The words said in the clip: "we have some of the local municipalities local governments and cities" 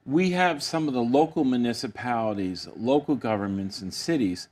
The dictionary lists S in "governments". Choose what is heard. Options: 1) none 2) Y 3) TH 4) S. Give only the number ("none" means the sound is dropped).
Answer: 4